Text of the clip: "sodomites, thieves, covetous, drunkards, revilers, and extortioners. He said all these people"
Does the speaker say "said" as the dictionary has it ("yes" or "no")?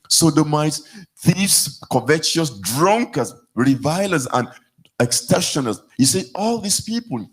no